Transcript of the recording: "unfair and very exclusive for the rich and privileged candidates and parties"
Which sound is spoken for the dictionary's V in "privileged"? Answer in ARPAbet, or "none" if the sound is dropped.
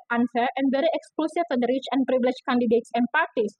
B